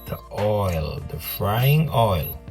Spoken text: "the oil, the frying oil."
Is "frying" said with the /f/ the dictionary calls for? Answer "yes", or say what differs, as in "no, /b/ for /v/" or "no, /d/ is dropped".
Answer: yes